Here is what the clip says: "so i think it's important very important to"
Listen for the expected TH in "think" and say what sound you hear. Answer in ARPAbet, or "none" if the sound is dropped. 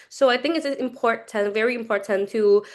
TH